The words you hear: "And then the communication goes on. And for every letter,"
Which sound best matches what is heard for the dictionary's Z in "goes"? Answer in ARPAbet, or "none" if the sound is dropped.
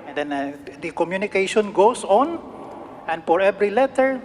S